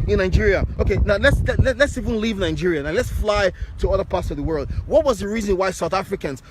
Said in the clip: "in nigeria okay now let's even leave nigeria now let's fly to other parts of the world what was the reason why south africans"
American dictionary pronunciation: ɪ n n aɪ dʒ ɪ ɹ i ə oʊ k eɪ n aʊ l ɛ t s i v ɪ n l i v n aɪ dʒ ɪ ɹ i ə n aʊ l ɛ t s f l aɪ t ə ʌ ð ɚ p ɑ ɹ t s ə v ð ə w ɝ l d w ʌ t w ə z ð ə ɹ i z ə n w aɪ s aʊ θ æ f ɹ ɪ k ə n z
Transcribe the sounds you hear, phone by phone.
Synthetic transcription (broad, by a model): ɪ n n aɪ dʒ ɪ ɹ i ə oʊ k eɪ n aʊ l ɛ t s i v ɪ n l i v n aɪ dʒ ɪ ɹ i ə n aʊ l ɛ t s f l aɪ t ə ʌ ð ɚ p ɑ ɹ t s ə v ð ə w ɝ l d w ʌ t w ə z ð ə ɹ i z ə n w aɪ s aʊ θ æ f ɹ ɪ k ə n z